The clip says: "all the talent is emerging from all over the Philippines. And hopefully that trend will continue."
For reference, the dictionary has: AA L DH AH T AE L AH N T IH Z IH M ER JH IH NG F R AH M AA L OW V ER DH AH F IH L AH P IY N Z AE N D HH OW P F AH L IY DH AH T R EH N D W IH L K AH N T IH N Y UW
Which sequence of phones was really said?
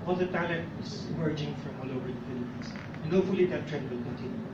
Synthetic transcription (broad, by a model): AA L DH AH T AE L AH N T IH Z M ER JH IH NG F R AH M AA L OW V ER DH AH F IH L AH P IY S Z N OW F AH L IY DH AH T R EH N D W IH L K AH N T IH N Y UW